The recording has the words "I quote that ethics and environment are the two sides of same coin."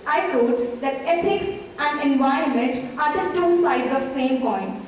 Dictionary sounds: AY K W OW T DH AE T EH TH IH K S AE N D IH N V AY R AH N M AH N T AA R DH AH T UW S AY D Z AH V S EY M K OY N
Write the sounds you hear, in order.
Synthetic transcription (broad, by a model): AY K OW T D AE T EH T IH K S AE N D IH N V AY AH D M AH N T AA R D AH T UW S AY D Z AH V S EY M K OY N